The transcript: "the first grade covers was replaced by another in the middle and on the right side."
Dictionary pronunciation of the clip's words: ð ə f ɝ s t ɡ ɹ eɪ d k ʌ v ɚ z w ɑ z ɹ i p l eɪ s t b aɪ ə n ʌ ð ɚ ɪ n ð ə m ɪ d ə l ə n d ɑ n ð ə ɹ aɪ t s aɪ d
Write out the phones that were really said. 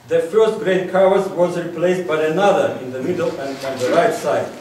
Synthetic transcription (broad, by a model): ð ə f ɝ s t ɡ ɹ eɪ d k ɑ w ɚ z w ɑ z ɹ i p l eɪ s t b aɪ ə n ʌ ð ɚ ɪ n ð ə m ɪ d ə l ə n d ɑ n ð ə ɹ aɪ t s aɪ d